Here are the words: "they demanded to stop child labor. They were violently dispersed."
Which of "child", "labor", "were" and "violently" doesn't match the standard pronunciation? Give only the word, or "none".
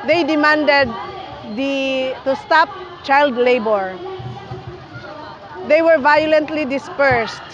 none